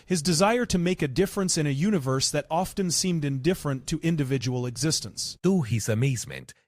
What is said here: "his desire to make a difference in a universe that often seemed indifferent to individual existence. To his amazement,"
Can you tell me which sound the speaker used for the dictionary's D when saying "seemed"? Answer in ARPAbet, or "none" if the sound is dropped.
D